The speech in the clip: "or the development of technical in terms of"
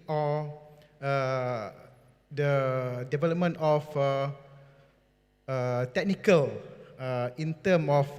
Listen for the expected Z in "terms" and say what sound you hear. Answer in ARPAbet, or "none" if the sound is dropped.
none